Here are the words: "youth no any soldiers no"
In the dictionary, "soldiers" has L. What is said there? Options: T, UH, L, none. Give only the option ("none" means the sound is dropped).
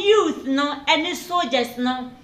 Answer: none